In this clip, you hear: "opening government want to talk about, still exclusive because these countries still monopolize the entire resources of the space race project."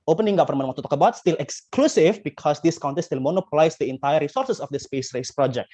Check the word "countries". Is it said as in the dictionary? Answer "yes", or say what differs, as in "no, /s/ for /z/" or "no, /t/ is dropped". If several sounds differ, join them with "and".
no, /ɹ/ is dropped